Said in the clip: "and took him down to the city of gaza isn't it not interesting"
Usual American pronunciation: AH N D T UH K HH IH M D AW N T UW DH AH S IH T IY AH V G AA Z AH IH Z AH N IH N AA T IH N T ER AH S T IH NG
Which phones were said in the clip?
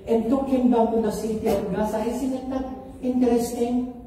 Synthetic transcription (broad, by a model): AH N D T UH K HH IH M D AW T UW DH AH S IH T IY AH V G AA S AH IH S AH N IH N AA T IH N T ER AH S T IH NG